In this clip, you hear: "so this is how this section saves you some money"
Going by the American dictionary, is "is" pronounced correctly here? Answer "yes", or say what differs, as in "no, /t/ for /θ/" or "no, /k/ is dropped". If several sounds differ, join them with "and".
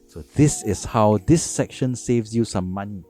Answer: no, /s/ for /z/